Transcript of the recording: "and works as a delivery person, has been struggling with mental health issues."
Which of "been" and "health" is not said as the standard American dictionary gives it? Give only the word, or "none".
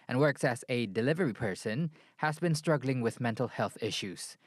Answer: none